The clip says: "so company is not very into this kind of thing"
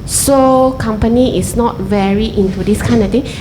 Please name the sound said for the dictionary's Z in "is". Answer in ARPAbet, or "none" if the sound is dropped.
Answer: S